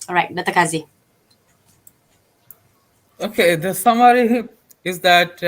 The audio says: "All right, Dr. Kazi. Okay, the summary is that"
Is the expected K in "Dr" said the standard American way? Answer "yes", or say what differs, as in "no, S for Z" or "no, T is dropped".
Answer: no, K is dropped